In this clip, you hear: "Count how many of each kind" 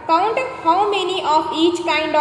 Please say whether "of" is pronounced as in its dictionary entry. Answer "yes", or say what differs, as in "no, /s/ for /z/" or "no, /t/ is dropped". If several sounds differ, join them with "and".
no, /p/ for /v/